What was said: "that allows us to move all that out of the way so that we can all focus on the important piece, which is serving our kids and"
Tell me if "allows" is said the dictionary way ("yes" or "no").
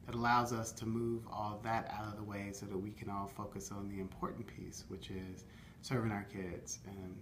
yes